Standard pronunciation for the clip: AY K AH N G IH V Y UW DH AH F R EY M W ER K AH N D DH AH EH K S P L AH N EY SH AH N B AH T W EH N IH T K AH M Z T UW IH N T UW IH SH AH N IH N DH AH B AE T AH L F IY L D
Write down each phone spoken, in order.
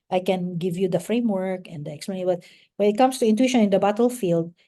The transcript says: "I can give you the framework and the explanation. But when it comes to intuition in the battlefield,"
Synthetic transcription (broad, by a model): AY K AH N G IH V Y UW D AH F R EY M W ER K AH N D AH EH K S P AH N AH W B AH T W EH N IH T K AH M S T UW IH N T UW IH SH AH N IH N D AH B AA T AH L F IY L D